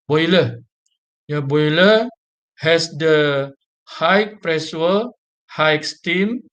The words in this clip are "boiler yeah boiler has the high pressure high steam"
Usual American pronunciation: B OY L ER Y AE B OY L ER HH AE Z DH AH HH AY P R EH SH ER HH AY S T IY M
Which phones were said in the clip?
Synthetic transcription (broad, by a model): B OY L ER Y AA B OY L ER HH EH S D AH HH AY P R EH S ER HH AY S T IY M